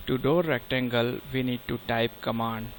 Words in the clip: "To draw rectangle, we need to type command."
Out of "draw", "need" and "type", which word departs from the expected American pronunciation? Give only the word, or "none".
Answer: draw